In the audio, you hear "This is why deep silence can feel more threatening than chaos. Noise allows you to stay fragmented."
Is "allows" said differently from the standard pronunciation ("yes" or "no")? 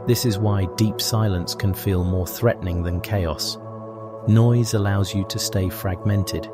no